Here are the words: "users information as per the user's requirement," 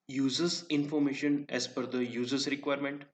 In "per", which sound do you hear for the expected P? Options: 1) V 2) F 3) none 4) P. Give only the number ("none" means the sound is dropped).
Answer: 2